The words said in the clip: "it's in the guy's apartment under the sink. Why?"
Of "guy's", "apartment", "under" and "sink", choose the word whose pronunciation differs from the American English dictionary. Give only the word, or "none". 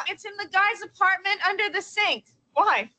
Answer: none